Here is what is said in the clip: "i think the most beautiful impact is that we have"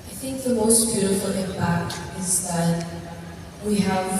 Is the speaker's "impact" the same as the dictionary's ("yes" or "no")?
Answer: no